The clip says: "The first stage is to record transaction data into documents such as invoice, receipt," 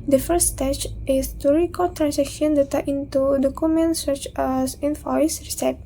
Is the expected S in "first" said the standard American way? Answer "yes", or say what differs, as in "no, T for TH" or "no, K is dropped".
no, S is dropped